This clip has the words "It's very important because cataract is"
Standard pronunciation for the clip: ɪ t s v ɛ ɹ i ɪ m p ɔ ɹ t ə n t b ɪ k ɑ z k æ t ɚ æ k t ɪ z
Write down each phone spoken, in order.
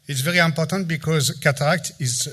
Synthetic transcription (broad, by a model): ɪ t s v ɛ ɹ i ɪ m p ɔ ɹ t ə n t b ɪ k ɑ z k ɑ t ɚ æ k t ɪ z